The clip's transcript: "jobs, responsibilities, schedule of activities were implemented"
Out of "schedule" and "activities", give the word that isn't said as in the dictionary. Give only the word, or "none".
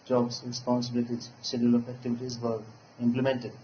schedule